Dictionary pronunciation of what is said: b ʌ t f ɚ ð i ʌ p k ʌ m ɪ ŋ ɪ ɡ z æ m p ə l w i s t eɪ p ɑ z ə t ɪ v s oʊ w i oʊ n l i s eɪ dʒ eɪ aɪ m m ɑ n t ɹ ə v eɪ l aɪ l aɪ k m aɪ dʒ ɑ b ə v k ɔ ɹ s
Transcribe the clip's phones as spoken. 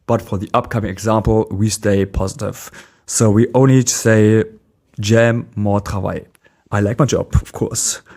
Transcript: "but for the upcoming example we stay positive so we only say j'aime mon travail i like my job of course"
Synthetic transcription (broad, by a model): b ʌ t f ɚ ð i ʌ p k ʌ m ɪ ŋ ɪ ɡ z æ m p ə l w i s t eɪ p ɑ z ə t ɪ v s oʊ w i oʊ n l i s eɪ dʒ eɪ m m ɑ t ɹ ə v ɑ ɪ aɪ l aɪ k m aɪ dʒ ɑ b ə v k ɔ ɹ s